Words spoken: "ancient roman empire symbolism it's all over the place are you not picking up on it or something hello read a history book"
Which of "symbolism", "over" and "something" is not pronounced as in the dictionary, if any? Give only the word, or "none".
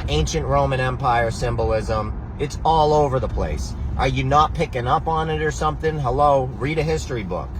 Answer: none